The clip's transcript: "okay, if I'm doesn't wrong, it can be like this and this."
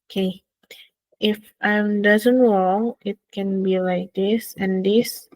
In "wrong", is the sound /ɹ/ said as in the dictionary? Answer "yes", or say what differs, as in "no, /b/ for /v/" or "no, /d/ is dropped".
no, /w/ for /ɹ/